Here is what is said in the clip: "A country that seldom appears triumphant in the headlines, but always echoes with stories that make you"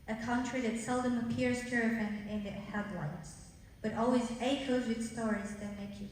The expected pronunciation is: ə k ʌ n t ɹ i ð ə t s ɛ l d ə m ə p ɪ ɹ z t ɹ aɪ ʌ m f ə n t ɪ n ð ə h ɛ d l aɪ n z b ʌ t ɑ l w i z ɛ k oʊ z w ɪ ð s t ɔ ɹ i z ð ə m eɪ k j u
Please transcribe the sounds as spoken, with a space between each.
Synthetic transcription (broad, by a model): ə k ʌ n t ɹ i ð ə t s ɛ l d ə m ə p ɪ ɹ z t ɹ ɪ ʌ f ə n ɪ n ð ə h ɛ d l aɪ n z b ʌ t ɑ l w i z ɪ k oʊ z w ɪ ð s t ɔ ɹ i z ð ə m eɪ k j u